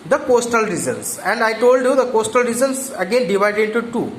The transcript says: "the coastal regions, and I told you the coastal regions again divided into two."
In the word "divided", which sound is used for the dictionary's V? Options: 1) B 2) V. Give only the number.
2